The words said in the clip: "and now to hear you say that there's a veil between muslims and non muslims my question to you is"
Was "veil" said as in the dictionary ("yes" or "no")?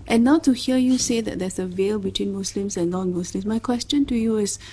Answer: yes